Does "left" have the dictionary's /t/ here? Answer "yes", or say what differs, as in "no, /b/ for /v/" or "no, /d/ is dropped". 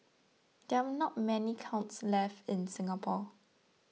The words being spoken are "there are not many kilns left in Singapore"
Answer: yes